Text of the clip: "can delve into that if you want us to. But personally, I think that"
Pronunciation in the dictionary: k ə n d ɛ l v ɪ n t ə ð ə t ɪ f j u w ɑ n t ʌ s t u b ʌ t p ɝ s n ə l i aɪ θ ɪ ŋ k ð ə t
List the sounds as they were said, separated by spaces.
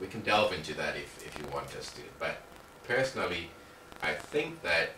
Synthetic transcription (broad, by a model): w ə n d ɛ l v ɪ n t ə ð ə t ɪ f j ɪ w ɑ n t ʌ s t u b ʌ t p ɝ s n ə l i aɪ θ ɪ ŋ k ð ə t